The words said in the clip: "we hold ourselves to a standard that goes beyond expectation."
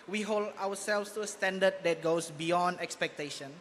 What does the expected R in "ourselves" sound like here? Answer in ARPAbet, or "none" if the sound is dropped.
W